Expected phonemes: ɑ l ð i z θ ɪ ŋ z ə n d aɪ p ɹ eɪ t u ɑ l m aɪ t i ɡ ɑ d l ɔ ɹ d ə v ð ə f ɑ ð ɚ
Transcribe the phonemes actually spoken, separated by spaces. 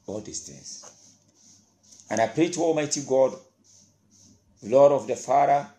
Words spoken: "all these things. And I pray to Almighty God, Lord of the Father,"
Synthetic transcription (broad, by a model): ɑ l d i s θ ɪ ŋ s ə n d aɪ p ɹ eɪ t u ɑ l m aɪ t i ɡ ɑ d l ɔ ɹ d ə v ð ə f ɑ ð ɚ